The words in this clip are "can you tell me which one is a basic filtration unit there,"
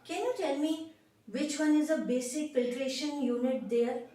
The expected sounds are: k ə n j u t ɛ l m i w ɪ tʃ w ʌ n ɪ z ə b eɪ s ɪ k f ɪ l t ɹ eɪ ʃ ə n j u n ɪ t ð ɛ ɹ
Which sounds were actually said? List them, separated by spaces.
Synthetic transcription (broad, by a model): k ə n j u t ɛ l m i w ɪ tʃ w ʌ n ɪ z ə b eɪ s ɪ k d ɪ t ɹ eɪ ʃ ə n j u n ɪ t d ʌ ɹ